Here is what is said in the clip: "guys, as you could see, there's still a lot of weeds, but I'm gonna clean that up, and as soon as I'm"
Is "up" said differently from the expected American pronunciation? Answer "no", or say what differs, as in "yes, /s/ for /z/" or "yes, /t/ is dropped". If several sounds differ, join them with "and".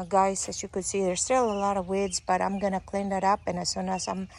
no